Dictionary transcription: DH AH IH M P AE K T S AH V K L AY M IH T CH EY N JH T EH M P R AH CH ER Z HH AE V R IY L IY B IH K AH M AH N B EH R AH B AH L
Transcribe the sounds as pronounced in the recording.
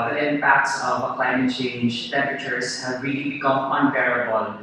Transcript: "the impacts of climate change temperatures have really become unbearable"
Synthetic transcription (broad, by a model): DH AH IH M P AE K T S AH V K L AY M IH T CH EY N JH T EH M P R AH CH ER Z HH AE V R IY L IY B IH K AH M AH N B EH R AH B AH L